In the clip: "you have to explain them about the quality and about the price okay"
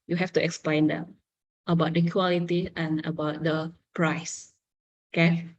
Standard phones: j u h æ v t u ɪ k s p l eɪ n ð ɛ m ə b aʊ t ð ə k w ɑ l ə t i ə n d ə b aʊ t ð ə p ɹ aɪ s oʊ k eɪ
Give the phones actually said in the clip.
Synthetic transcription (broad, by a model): j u h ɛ f t u ɪ k s p l eɪ n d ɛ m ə b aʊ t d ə k w ɑ l ə t i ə n ə b aʊ t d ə p ɹ aɪ s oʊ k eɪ